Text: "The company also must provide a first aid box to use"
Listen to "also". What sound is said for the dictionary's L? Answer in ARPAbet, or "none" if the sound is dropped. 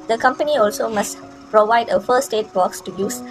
L